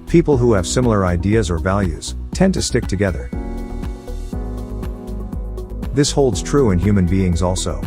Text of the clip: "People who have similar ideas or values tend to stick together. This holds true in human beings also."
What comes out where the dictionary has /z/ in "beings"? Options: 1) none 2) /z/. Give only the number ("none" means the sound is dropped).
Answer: 2